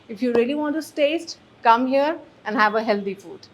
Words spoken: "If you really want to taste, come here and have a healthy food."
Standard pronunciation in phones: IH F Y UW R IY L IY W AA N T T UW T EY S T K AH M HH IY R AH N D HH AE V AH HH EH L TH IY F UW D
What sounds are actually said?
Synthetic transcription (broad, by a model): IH F Y UW R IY L IY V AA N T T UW T EY S T K AH M HH IY R AH N D HH AE V AH HH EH L T IY F UW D